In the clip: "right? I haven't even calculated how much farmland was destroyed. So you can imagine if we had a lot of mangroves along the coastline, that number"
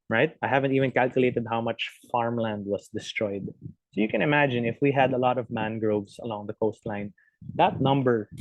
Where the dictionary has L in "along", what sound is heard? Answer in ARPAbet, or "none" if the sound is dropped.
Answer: L